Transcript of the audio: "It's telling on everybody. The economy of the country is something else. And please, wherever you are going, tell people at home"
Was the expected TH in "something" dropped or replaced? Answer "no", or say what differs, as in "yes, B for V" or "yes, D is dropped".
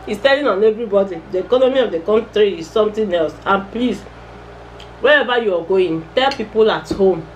yes, T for TH